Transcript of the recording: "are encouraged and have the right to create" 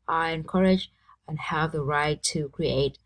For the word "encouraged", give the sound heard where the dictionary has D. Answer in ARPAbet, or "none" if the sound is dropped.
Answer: none